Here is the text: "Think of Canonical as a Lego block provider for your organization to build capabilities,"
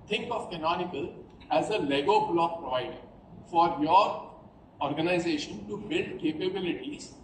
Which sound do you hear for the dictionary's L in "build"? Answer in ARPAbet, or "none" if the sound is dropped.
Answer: L